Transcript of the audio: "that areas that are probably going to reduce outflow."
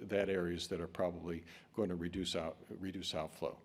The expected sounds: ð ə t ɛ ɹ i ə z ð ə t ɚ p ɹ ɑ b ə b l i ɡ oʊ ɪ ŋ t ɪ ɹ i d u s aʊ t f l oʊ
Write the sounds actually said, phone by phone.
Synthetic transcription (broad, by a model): ð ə t ɛ ɹ i ə z ð ə t ɚ p ɹ ɑ b ə b l i ɡ oʊ ɪ ŋ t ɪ ɹ i d u s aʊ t f l oʊ